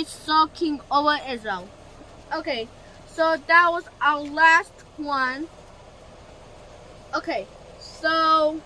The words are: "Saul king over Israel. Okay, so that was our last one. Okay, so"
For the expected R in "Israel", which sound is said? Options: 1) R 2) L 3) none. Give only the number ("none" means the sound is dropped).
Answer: 3